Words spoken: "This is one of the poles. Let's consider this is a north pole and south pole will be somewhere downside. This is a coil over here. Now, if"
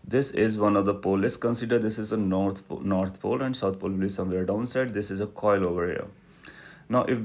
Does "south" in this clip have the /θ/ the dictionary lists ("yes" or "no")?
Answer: no